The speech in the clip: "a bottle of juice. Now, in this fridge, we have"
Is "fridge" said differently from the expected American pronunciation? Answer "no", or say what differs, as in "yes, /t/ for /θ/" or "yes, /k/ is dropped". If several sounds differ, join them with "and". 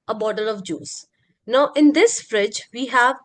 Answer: no